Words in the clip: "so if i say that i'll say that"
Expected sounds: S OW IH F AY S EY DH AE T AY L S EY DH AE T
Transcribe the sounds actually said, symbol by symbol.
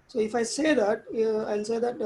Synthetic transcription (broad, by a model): S OW IH F AY S EY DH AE T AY N S EY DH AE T